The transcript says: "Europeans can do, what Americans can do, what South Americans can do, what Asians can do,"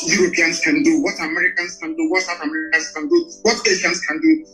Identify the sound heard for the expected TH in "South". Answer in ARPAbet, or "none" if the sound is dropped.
T